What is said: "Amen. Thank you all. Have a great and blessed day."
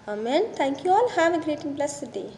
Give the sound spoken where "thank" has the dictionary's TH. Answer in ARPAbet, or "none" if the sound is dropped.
T